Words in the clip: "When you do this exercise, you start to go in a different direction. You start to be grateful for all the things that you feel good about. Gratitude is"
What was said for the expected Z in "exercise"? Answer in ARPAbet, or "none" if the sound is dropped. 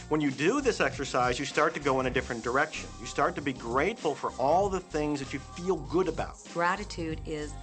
Z